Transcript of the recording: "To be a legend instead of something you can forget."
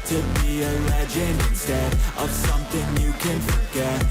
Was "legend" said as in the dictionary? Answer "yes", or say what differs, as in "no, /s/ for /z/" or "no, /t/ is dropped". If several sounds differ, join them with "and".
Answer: no, /d/ is dropped